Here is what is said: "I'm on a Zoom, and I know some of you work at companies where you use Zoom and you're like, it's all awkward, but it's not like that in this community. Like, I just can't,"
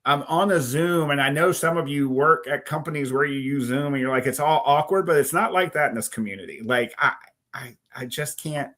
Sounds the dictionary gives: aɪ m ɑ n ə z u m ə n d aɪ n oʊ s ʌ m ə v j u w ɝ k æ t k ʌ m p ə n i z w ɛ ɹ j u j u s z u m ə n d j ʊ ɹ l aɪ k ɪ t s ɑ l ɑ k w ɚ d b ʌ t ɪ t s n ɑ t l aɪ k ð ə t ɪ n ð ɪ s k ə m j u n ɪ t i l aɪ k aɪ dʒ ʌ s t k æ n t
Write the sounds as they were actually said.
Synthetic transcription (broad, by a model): aɪ m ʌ n ə z u m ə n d aɪ n oʊ s ʌ m ə v j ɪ w ɝ k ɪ t k ʌ m p ə n i z w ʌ ɹ j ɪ j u z u m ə n j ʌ ɹ l aɪ k ɪ t s ɑ l ɑ k w ɚ d b ʌ t ɪ t s n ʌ t l aɪ k ð ə t ɪ n ð ɪ s k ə m j u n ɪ t i l aɪ k aɪ dʒ ʌ s k æ n t